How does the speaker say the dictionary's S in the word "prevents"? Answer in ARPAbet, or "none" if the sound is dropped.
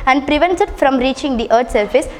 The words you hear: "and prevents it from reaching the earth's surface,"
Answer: none